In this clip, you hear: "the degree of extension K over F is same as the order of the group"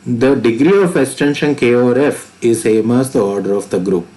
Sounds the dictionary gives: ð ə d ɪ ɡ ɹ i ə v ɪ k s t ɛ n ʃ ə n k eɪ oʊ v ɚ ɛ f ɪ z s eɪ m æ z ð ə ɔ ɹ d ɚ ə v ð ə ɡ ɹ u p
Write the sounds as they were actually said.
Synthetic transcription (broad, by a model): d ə d ɪ ɡ ɹ i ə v ɪ k s t ɛ n ʃ ə n k eɪ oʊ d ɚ f ɪ z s eɪ m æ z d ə ɔ ɹ d ɚ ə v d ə ɡ ɹ u p